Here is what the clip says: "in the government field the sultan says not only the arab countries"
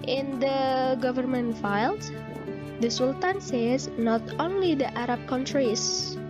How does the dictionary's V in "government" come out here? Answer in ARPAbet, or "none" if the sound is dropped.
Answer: V